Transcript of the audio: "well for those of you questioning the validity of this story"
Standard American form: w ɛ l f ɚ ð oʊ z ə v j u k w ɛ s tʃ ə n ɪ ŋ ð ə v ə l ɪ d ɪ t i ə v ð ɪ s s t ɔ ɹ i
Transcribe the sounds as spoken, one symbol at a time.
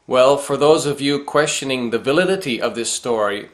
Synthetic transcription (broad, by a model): w ɛ l f ɚ ð oʊ z ə v j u k w ɛ s tʃ ə n ɪ ŋ ð ə v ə l ɪ d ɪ t i ə v ð ɪ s s t ɔ ɹ i